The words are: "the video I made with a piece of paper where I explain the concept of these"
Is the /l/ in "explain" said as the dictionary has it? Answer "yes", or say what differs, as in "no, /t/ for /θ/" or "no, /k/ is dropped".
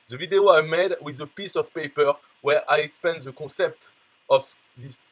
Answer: no, /l/ is dropped